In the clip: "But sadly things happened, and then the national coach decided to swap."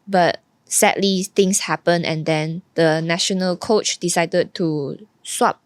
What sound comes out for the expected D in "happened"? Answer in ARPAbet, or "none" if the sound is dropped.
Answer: none